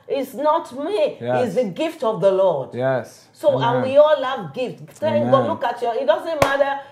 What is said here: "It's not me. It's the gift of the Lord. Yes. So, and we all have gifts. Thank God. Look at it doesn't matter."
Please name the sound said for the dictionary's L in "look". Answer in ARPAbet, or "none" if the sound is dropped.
N